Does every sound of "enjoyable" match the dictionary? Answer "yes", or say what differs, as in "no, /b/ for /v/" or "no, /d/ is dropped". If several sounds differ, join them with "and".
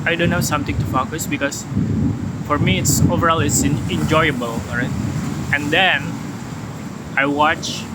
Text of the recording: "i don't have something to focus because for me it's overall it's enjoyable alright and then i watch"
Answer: yes